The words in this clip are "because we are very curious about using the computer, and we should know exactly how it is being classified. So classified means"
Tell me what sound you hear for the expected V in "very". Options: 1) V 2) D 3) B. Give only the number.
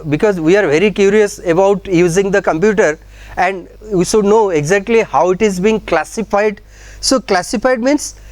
1